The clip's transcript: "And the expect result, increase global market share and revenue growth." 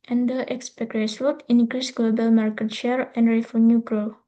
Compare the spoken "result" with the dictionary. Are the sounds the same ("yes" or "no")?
no